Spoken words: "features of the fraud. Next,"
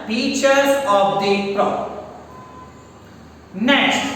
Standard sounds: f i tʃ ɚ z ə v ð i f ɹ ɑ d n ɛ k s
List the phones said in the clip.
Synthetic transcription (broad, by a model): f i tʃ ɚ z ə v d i p ɹ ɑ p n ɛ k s